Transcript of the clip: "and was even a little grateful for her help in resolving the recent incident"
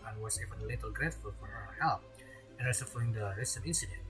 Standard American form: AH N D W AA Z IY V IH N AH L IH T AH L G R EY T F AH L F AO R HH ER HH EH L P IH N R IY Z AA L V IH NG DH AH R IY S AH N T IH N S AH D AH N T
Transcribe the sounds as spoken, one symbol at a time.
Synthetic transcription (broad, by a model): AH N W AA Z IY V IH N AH L IH T AH L G R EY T F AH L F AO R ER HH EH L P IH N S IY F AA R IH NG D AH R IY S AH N IH N S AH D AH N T